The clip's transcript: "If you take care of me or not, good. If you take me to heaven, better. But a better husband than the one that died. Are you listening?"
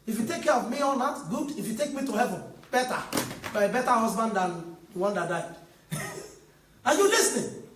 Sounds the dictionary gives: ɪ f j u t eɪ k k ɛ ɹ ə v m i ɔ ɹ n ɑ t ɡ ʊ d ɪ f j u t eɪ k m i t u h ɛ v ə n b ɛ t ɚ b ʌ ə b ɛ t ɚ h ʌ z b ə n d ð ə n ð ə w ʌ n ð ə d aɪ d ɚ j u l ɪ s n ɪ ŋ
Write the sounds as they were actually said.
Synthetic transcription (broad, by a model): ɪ f j u t eɪ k k ɛ ɹ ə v m i ɔ l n ɑ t ɡ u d ɪ f j u t eɪ k m i t u h ɛ v ə n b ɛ t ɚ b ə b ɛ t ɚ h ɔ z b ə n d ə n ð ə w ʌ n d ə d aɪ d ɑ j u l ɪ s n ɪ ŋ